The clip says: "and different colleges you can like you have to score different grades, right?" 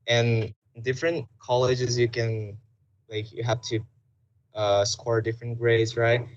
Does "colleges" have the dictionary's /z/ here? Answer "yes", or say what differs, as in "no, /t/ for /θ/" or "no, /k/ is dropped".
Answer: yes